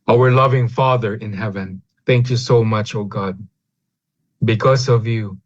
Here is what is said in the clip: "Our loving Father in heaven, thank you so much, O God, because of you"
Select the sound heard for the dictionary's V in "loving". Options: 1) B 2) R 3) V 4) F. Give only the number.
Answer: 3